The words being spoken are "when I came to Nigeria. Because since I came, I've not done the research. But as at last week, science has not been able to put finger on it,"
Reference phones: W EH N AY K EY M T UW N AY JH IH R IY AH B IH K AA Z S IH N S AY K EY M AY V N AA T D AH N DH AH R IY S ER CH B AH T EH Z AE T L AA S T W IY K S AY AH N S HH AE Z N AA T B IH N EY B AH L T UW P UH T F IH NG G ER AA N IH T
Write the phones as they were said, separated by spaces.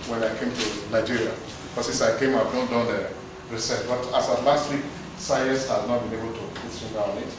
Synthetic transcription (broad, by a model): W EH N AY K EY M T UW N AY JH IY R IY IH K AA S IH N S AY K EY M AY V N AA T D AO N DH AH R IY S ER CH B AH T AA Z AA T L AA S T W IY K S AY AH S HH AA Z N AA T B IH N EY B AH L T UW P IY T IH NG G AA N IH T